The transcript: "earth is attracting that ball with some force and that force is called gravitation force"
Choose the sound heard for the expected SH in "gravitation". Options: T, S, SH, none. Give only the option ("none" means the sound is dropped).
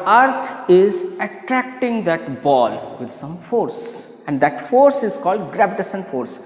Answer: S